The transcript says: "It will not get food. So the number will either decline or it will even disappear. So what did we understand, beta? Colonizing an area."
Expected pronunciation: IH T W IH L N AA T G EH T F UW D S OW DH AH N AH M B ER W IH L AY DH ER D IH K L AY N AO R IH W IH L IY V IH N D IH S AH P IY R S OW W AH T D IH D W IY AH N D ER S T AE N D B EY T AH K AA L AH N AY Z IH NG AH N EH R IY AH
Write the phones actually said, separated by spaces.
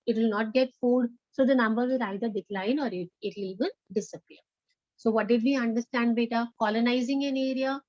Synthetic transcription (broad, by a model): IH T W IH L N AA T G EH T F UW D S OW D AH N AH M B ER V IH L AY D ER D IH K L AY N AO R IH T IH L IY V IH N D IH S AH P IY R S OW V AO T D IH D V IY AH N D ER S T AE N D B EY T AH K AA L AH N AY Z IH NG AH N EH R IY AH